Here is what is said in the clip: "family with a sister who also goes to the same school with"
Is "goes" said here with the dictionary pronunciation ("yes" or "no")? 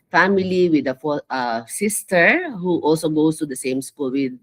no